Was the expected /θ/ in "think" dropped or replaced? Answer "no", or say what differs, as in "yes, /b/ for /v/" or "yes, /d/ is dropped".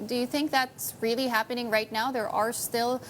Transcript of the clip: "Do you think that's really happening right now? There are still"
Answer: no